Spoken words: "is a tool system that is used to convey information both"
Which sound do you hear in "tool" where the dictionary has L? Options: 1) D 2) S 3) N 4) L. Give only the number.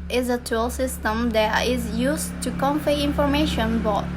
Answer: 4